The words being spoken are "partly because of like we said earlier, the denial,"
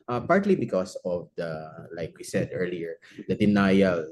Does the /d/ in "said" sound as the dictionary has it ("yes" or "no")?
yes